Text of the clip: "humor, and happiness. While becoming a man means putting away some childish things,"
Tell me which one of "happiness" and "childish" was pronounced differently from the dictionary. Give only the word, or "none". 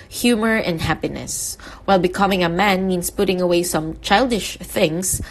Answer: none